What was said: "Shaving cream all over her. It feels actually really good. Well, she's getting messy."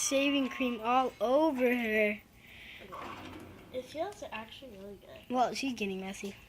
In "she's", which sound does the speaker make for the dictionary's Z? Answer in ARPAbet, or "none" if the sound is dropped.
Z